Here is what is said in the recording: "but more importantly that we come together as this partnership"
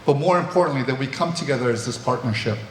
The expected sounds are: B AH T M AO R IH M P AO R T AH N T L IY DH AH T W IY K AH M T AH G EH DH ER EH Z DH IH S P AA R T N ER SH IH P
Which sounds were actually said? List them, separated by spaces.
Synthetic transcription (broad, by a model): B AH T M AO R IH M P AO R T N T L IY DH AH T W IY K AH M T AH G EH DH ER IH Z DH IH S P AA R T N ER SH IH P